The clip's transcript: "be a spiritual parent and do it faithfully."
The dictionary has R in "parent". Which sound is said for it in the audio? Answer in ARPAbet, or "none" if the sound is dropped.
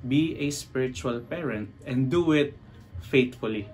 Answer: R